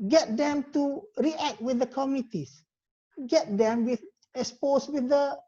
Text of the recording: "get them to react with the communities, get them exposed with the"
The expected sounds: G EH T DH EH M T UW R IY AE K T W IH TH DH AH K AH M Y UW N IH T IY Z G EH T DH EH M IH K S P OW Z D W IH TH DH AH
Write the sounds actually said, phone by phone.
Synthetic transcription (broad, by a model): G EH T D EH M T UW R IY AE K T W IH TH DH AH K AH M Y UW IH T IY S G EH T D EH M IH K S P OW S W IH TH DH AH